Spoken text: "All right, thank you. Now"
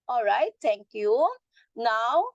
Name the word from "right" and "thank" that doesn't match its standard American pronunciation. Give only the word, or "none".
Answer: thank